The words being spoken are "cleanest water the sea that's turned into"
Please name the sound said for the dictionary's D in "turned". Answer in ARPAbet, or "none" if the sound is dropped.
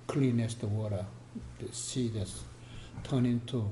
none